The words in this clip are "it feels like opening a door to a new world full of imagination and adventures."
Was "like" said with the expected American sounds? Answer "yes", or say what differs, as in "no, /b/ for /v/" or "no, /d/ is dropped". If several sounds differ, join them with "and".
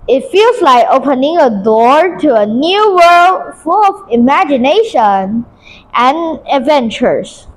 yes